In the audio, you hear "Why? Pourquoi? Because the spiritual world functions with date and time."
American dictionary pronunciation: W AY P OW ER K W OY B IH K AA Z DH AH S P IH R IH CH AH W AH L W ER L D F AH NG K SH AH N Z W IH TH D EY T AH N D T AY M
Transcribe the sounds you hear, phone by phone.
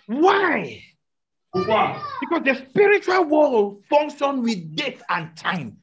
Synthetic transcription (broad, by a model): W AY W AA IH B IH K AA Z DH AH S P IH R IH CH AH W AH L W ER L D F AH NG K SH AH N W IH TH D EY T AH N T AY M